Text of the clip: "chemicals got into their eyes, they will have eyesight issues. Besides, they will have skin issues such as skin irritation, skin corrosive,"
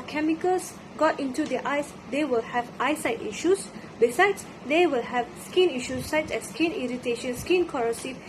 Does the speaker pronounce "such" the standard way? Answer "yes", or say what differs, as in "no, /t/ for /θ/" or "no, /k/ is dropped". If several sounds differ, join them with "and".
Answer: no, /s/ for /tʃ/